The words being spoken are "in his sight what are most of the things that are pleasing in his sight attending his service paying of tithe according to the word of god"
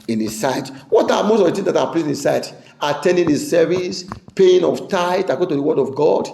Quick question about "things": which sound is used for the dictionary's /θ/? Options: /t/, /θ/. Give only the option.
/t/